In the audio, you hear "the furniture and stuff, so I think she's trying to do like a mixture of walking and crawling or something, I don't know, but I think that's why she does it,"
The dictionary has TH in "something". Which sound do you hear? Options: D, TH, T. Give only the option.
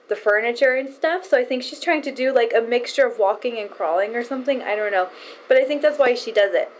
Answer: TH